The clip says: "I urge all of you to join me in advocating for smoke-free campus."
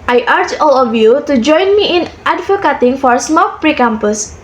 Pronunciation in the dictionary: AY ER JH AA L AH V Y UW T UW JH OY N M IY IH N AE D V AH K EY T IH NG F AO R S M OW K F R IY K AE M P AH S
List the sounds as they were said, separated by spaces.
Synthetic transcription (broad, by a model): AY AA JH AA L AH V Y UW T UW JH OY N M IY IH N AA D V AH K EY T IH NG F AO R S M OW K P R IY K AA M P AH S